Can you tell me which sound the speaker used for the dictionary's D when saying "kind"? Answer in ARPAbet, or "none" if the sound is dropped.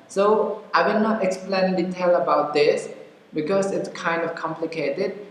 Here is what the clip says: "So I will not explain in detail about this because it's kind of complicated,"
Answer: D